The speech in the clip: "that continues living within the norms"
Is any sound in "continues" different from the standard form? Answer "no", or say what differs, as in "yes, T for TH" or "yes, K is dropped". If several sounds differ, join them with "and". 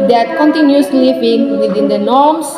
yes, S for Z